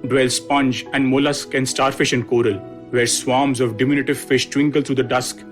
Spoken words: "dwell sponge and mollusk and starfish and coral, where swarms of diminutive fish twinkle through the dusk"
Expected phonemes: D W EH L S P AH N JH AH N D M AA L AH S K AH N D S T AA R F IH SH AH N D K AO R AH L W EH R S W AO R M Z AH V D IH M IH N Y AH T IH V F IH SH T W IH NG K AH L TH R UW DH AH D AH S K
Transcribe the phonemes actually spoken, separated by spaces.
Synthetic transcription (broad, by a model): D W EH L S P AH N JH AH N D M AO L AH S K AH N D S T AA R F IH SH AH N D K AO R AH L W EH R S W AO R M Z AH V D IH M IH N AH T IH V F IH SH T W IH NG K AH L T R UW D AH D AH S K